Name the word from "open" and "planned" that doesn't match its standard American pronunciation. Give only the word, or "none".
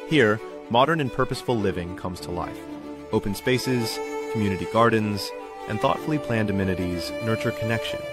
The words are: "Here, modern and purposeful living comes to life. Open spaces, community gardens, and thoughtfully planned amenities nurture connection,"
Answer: none